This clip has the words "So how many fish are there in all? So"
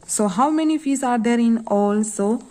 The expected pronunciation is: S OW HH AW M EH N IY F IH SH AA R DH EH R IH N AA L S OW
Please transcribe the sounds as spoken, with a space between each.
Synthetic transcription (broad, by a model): S OW HH AW M EH N IY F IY S AA R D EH R IH N AA L S OW